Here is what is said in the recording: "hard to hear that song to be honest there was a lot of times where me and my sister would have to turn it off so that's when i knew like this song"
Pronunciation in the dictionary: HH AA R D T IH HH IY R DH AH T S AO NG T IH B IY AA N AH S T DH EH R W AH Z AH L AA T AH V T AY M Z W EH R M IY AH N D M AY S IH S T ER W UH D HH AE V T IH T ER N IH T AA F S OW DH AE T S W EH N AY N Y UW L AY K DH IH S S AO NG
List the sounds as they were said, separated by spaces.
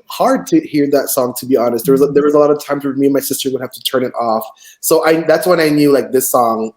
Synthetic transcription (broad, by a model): HH AA R D T IH HH IY R DH AH T S AO NG T IH B IY AA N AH S T DH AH R W AH Z AH L AA T AH V T AY M Z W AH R M IY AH N M AY S IH S T ER W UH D HH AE F T IH T ER N IH T AA F S OW DH AE T S W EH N AY N Y UW L AY K DH IH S S AO NG